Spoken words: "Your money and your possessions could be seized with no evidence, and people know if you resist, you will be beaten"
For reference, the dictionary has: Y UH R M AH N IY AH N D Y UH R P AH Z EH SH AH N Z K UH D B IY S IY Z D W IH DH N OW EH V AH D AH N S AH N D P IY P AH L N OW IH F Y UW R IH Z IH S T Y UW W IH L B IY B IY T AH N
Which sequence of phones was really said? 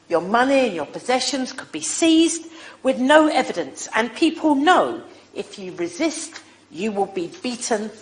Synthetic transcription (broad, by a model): Y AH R M AH N IY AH N Y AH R P AH Z EH SH AH N Z K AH D B IY S IY Z D W IH DH N OW EH V AH D AH N S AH N P IY P AH L N OW IH F Y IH R IH Z IH S T Y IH W IH L B IY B IY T N